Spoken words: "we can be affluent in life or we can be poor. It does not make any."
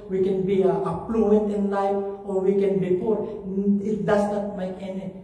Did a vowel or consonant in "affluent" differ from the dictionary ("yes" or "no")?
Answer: yes